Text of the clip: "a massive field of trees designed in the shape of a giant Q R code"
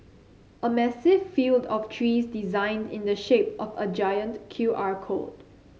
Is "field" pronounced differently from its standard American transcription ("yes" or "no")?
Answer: no